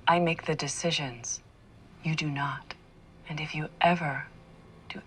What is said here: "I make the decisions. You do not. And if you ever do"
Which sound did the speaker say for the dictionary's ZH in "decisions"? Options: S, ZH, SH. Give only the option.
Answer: ZH